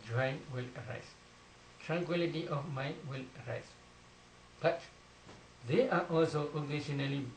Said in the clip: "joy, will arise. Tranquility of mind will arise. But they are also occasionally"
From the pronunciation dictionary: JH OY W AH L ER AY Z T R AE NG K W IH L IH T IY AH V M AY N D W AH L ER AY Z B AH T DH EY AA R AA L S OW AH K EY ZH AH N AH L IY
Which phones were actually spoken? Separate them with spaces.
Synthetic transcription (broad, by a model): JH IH W AH L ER AY S T R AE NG K W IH L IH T IY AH F M AY W AH L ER AY S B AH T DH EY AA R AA L S OW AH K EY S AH N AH L IY